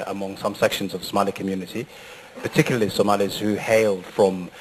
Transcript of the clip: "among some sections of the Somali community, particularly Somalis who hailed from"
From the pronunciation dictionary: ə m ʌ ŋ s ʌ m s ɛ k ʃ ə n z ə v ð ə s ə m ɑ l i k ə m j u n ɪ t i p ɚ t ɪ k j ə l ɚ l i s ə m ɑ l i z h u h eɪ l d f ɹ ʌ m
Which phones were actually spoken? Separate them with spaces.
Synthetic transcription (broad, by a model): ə m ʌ ŋ s ʌ m s ɛ k ʃ ə n z ə v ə s ə m ɑ l i k ə m j u n ɪ t i p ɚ t ɪ k j l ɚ l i s ə m ɑ l i z h u h eɪ l d f ɹ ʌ m